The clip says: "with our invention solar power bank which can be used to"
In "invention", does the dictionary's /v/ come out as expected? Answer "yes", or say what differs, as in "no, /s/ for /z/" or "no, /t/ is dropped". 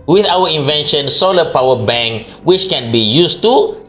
yes